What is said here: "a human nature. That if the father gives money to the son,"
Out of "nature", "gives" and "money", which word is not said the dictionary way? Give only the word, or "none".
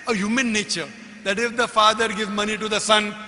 gives